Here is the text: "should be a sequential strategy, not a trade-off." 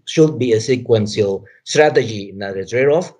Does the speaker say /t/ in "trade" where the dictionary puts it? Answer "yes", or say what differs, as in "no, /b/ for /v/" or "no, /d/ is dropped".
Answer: no, /s/ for /t/